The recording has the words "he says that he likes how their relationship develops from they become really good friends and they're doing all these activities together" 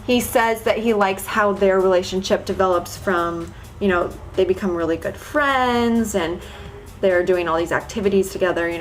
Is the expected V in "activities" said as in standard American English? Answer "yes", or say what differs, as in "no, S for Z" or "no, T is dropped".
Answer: yes